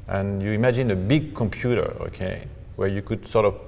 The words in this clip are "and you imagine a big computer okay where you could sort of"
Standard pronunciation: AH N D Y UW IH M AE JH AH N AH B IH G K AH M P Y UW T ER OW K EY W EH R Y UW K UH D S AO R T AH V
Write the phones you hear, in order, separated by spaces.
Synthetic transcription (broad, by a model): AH N Y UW IH M AE JH AH N AH B IH G K AH M P Y UW T ER OW K EY W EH R Y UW K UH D S AO R T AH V